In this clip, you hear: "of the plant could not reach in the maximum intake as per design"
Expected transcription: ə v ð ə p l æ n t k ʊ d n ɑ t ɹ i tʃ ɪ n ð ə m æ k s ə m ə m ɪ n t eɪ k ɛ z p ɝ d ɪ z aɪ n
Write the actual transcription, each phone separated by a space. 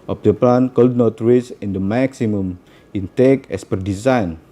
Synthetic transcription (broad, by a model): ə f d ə p l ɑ n k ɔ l n ɑ t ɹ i s ɪ n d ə m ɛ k s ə m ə m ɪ n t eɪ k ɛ s p ɝ d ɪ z aɪ n